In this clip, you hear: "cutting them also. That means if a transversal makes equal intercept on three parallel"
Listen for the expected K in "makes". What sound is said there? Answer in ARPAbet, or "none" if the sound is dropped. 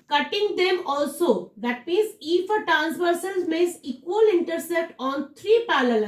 none